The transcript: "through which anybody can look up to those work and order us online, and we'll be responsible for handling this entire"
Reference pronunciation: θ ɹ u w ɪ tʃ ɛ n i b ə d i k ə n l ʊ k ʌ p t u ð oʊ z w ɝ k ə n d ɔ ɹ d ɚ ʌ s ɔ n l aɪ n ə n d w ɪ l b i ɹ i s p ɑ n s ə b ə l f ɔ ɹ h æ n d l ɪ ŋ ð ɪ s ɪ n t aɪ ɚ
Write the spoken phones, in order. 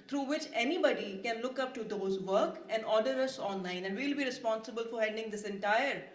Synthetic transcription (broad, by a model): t ɹ u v ɪ tʃ ɛ n i b ə d i k ə n l ʊ k ʌ p t u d oʊ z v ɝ k ə n d ɔ ɹ d ɚ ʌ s ɔ n l aɪ n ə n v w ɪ l b i ɹ i s p ɑ n s ə b ə l f ɔ ɹ h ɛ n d ɪ ŋ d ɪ s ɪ n t aɪ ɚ